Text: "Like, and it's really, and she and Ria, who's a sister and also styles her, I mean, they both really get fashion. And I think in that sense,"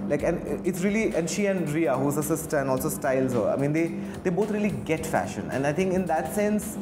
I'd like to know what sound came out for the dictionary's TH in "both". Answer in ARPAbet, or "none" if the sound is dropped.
T